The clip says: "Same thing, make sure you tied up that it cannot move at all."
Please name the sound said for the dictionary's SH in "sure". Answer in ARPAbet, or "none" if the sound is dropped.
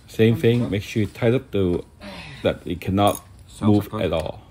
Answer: S